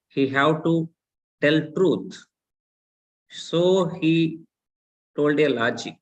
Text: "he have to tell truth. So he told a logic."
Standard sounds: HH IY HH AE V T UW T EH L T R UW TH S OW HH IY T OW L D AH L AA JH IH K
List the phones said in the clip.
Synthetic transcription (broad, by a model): HH IY HH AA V T UW T EH L T R UW T S OW HH IY T OW L D AH L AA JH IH